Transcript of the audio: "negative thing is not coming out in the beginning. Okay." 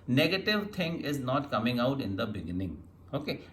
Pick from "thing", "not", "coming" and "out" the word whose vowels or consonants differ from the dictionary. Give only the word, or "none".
thing